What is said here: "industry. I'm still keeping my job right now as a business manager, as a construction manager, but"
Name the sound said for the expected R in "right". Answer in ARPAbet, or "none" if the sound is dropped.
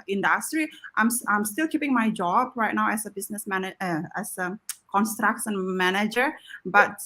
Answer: R